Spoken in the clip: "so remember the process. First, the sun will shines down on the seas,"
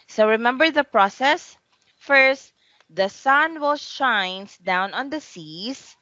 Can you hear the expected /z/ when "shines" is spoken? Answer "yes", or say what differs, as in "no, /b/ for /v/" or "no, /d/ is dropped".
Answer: no, /s/ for /z/